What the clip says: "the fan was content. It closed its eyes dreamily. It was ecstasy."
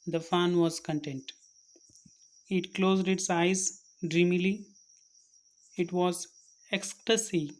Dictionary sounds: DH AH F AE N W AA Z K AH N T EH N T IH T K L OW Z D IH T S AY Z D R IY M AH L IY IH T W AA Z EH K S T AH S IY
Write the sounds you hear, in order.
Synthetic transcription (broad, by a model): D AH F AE N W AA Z K AH N T EH N T IH T K L OW Z D IH T S AY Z D R IY M AH L IY IH T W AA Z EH K S T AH S IY